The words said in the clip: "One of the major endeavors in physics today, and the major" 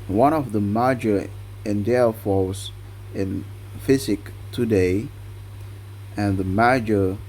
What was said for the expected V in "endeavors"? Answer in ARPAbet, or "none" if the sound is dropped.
F